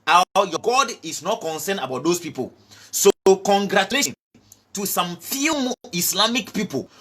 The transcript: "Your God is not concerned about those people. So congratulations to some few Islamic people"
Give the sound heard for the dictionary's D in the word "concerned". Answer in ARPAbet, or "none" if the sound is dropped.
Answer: none